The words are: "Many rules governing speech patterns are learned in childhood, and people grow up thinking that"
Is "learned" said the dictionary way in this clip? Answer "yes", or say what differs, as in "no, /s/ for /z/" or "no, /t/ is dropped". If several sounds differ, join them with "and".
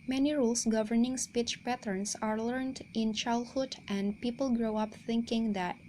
yes